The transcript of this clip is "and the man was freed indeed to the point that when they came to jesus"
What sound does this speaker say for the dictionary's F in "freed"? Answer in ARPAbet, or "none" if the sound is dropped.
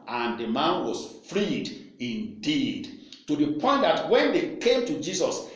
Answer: F